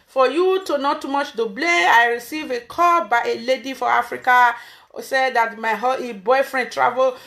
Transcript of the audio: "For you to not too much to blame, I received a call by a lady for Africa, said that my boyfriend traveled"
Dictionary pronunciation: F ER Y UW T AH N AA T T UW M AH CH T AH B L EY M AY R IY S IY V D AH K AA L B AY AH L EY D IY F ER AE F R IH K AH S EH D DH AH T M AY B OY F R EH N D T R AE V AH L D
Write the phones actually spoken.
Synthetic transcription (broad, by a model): F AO Y UW T AH N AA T T UW M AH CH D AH B L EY AY R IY S IY V AH K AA B AY AH L EY D IY F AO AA F R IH K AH S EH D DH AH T M AY B OY F R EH N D T R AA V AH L